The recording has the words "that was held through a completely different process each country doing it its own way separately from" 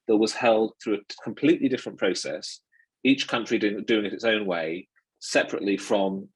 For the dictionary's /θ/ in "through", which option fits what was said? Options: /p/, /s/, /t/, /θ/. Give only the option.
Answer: /θ/